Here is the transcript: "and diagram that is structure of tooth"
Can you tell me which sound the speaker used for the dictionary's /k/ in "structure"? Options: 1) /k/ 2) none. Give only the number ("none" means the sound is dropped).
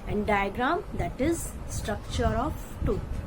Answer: 1